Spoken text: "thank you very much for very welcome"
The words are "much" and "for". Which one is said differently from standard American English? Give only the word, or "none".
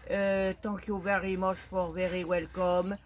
much